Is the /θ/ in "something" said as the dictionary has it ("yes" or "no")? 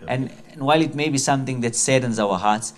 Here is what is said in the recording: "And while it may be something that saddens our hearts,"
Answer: no